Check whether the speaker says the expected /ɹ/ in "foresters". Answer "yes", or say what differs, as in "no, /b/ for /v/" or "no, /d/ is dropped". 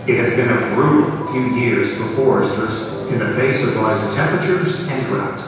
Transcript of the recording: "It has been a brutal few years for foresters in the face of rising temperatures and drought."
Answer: yes